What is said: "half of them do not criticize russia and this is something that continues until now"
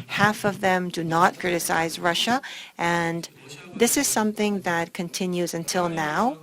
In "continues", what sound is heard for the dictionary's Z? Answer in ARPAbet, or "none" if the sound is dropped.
Z